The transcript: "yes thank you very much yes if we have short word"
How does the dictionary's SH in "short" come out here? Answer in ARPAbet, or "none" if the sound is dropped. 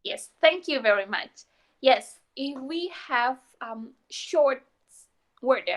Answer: SH